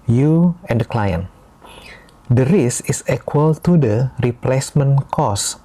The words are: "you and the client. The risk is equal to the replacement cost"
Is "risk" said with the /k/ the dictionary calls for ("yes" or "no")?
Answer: no